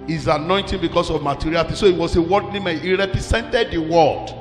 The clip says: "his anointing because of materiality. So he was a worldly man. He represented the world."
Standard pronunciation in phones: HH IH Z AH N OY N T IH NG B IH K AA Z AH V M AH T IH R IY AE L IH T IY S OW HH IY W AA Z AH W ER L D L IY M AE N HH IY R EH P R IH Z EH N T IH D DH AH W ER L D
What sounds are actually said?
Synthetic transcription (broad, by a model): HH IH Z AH N OY N T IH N B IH K AA S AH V M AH T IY R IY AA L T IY S OW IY W AA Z AH W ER D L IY M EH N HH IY R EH P R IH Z EH N T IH D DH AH W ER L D